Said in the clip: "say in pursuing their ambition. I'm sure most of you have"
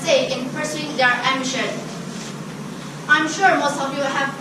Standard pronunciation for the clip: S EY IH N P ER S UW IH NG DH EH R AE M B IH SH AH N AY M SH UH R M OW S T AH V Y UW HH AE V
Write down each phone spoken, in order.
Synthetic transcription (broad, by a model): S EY IH N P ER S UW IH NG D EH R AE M IH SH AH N AY M SH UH R M OW S T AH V Y UW HH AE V